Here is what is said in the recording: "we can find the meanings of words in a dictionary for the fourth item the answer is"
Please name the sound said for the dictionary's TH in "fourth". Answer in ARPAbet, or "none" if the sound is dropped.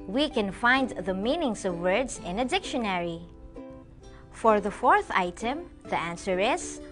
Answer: TH